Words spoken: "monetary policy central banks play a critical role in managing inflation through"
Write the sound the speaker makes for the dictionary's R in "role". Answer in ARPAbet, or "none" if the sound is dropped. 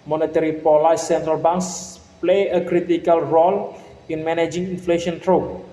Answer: R